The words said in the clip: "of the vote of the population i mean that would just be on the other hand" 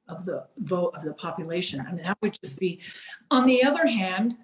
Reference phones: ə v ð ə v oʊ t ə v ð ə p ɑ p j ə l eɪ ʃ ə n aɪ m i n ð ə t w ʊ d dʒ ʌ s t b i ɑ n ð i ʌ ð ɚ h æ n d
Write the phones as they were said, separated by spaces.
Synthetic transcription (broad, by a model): ə v ð ə v oʊ t ə v ð ə p ɑ p j ə l eɪ ʃ ə n aɪ m i n ð ə t w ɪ d dʒ ʌ s b i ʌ n ð i ʌ ð ɚ h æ n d